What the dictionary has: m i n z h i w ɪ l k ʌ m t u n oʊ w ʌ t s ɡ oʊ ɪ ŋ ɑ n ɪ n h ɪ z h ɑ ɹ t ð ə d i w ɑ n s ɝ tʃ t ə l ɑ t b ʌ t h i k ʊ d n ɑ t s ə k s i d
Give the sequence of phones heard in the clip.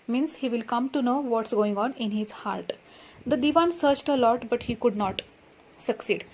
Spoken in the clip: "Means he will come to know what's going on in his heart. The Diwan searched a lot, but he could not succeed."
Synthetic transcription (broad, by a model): m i n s h i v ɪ l k ʌ m t u n oʊ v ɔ t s ɡ oʊ ɪ ŋ ɑ n ɪ n h ɪ z h ɑ ɹ t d ə d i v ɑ n s ɝ tʃ t ə l ɑ t b ʌ t h i k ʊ d n ɑ t s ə k s i d